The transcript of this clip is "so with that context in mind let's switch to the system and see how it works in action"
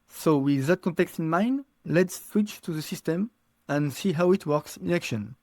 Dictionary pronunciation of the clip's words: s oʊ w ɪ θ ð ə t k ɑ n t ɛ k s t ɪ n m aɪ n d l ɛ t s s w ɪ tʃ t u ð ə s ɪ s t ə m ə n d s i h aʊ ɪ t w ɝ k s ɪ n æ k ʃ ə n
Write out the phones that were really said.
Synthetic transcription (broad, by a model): s oʊ w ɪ ð ə t k ɑ n t ɛ k s t ɪ n m aɪ n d l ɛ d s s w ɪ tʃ t u ð ə s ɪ s t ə m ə n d s i h aʊ ɪ t w ɝ k s ɪ n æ k ʃ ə n